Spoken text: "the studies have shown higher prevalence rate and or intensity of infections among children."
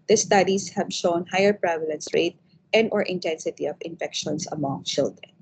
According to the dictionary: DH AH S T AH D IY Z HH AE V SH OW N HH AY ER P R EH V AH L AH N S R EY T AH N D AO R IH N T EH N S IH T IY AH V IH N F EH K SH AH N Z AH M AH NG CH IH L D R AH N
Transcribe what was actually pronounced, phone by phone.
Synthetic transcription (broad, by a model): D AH S T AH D IY S HH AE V SH OW N HH AY ER P R EH V AH L AH N S R EY T AH N D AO R IH N T EH N S IH T IY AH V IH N F EH K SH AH N S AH M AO NG CH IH L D R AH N